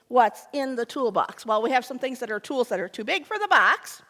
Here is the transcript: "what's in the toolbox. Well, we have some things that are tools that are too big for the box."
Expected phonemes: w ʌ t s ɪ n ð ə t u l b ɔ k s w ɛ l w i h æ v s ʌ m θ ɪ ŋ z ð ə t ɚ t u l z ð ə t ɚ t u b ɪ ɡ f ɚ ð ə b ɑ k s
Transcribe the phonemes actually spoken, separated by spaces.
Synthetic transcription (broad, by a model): w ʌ t s ɪ n ð ə t u l b ɔ k s w ɛ l w i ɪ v s ʌ m θ ɪ ŋ z ð ə t ɚ t u l z ð ə t ɚ t u b ɪ ɡ f ɚ ð ə b ɑ k s